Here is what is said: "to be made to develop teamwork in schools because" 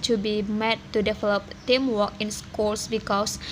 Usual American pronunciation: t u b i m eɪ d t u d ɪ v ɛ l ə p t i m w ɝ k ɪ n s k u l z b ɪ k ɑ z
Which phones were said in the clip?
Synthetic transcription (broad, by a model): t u b i m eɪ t t u d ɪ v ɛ l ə p t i m w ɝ k ɪ n s k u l s b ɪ k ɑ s